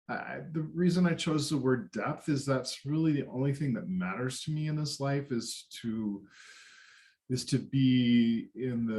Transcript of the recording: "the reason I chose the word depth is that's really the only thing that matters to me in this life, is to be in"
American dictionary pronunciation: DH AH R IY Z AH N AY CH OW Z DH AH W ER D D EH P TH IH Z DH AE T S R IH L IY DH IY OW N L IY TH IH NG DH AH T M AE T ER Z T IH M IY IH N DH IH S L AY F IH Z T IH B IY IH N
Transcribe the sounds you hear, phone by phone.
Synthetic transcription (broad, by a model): DH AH R IY Z AH N AY CH OW Z DH AH W ER D D EH P TH IH Z DH AE T S R IH L IY DH IY OW N L IY TH IH NG DH AH T M AE T ER Z T IH M IY IH N DH IH S L AY F IH Z T IH B IY IH N